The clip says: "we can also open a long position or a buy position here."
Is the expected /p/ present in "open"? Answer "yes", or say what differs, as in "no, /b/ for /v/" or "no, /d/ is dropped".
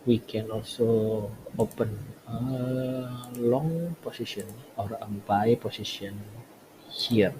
yes